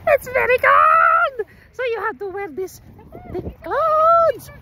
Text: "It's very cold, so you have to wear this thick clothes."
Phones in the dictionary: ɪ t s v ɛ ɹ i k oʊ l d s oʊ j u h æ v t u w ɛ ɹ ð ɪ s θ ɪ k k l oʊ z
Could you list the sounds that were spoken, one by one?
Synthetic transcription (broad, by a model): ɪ t s v ɛ ɹ i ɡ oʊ d s oʊ j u h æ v t u w ɛ ɹ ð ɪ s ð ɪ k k l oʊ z